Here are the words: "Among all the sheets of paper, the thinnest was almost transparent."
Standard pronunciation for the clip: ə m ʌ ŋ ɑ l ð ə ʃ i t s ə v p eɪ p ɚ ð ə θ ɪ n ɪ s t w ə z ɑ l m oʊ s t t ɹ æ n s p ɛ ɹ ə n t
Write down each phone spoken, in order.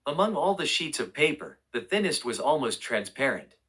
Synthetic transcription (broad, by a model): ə m ʌ ŋ ɑ l ð ə ʃ i t s ə v p eɪ p ɚ ð ə θ ɪ n ɪ s t w ə z ɑ l m oʊ s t t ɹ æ n s p ɛ ɹ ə n t